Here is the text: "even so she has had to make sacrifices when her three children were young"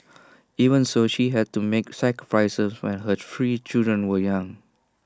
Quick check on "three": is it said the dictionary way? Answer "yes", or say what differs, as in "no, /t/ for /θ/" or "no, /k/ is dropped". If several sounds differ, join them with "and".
no, /f/ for /θ/